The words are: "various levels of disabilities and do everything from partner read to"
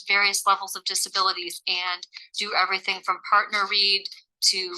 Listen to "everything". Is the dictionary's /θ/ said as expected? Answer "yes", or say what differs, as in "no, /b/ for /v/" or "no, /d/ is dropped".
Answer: yes